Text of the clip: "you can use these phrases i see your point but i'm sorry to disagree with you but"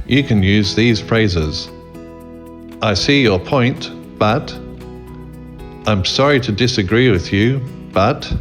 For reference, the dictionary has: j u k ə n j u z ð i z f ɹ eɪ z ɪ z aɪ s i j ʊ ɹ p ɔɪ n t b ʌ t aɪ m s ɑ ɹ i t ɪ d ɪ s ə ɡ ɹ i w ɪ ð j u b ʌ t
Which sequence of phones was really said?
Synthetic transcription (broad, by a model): j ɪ k ə n j u z ð i z f ɹ eɪ z ɪ z aɪ s i j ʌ ɹ p ɔɪ n t b ʌ t aɪ m s ɑ ɹ i t ɪ d ɪ s ə ɡ ɹ i w ɪ ð j u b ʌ t